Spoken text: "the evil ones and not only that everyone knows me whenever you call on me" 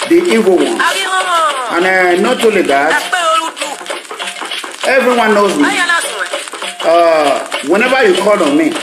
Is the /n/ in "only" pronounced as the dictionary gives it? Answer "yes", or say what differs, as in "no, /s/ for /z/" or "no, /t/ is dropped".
no, /n/ is dropped